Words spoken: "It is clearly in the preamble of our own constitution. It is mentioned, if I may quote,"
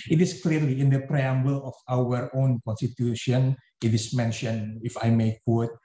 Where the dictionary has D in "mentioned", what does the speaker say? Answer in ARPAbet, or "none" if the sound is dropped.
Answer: none